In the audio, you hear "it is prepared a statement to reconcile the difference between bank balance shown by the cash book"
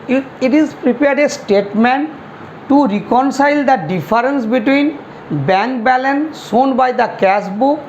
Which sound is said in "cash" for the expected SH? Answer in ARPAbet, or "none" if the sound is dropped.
S